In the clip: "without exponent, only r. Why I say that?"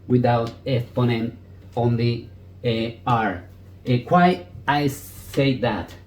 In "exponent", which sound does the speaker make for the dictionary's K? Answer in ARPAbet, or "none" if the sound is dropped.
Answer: none